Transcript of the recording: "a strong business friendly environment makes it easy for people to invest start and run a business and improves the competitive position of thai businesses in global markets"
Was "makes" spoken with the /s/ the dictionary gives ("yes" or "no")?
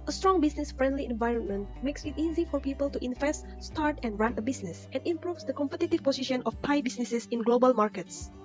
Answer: yes